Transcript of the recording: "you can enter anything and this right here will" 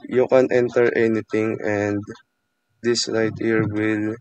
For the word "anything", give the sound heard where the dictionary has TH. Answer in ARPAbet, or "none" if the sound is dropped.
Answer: T